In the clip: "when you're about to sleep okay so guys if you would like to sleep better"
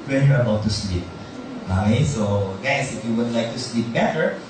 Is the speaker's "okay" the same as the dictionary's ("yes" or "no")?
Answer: no